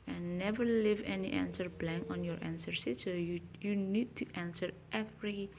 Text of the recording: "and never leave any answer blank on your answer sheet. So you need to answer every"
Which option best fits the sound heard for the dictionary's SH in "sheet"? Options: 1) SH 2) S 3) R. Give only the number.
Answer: 2